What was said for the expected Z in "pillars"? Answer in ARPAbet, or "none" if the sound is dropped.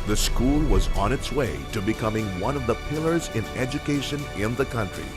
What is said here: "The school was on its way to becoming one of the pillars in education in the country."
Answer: Z